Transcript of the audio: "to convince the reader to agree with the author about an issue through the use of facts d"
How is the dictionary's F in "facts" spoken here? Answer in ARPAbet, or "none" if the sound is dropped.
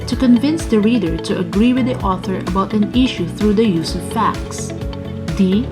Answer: F